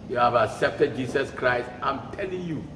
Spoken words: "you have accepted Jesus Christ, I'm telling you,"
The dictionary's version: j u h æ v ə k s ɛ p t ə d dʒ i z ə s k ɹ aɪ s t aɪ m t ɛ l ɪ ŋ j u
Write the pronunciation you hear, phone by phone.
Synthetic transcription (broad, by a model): j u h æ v ə k s ɛ p t ə d dʒ i s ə s k ɹ aɪ s t aɪ m t ɛ l ɪ ŋ j u